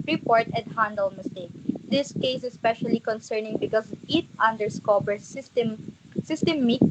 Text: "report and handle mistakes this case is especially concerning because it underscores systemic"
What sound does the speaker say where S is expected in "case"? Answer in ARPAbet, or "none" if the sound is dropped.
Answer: none